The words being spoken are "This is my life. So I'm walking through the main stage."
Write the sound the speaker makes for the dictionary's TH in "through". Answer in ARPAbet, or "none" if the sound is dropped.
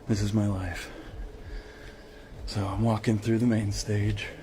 TH